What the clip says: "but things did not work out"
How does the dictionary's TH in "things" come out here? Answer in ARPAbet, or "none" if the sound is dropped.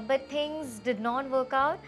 T